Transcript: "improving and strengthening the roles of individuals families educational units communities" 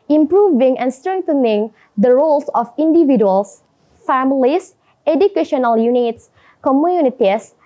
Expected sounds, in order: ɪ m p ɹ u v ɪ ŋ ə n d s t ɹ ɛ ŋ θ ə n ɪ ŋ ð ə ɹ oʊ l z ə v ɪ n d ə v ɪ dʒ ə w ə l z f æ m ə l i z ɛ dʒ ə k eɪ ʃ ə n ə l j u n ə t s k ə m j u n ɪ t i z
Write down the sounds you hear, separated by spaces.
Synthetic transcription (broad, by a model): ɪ m p ɹ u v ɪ ŋ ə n s t ɹ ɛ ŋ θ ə n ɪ ŋ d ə ɹ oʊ l s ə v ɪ n d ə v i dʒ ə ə l s f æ m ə l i s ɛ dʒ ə k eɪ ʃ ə n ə l j u n ə t s k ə m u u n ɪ t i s